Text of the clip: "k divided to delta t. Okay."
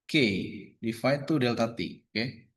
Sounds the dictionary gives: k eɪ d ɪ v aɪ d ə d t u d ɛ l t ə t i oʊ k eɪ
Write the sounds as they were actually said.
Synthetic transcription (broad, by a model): k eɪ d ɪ f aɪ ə t u d ɛ l t ə t i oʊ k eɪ